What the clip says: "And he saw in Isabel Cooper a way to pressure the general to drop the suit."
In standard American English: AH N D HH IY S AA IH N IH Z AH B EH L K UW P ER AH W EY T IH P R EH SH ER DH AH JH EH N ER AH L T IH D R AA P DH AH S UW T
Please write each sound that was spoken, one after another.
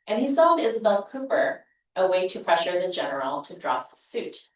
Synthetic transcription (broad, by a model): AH N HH IY S AA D IH Z AH B EH L K UW P ER AH W EY T IH P R EH SH ER DH AH JH EH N ER L T IH D R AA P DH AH S UW T